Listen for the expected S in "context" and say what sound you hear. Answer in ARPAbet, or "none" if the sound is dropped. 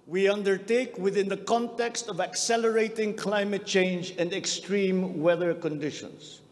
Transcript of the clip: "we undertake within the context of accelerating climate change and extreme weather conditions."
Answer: S